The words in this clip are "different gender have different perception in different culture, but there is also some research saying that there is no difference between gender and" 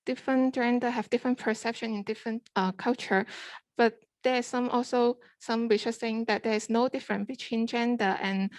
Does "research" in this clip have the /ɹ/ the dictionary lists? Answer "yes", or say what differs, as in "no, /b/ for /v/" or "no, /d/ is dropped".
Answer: no, /w/ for /ɹ/